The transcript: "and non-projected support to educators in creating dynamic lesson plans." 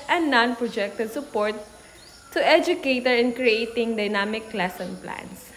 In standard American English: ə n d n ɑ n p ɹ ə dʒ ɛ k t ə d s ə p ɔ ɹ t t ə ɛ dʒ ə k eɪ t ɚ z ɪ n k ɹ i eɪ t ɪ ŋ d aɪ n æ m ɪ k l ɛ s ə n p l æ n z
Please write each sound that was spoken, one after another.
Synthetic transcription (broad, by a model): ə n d n ɑ n p ɹ ə dʒ ɛ k t ə d s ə p ɔ ɹ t t ə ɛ dʒ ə k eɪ t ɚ ɪ n k ɹ i eɪ t ɪ ŋ d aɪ n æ m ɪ k l ɛ s ə n p l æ n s